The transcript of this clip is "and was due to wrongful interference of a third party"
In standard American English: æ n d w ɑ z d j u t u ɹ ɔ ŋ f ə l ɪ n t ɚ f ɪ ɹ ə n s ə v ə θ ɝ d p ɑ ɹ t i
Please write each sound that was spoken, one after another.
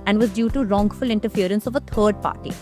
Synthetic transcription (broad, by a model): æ n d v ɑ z d j u t u ɹ ɔ ŋ f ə l ɪ n t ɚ f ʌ ɹ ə n s ə v ə t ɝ d p ɑ ɹ t i